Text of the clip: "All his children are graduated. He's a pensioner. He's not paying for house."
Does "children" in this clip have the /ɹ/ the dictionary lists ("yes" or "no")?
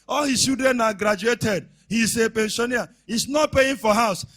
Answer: no